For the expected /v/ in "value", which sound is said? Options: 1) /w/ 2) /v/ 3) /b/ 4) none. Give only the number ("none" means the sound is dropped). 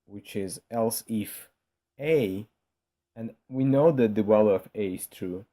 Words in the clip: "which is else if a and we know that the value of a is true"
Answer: 1